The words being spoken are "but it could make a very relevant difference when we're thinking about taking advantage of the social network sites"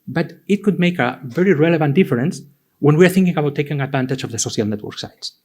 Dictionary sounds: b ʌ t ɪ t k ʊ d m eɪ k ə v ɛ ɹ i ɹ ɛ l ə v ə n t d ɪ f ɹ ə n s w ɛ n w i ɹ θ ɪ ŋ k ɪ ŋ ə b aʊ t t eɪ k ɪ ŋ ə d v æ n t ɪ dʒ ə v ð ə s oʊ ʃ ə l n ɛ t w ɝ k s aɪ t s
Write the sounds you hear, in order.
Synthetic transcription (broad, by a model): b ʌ t ɪ t k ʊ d m eɪ k ə v ɛ ɹ i ɹ ɛ l ə v ə n t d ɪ f ɹ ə n s w ɛ n w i ɹ θ ɪ ŋ k ɪ ŋ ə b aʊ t t eɪ k ɪ ŋ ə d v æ n t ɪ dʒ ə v ð ə s oʊ ʃ ə l n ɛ t w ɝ k s aɪ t s